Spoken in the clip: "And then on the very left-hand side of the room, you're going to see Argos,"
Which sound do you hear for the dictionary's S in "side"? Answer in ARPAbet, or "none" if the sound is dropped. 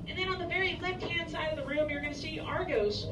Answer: S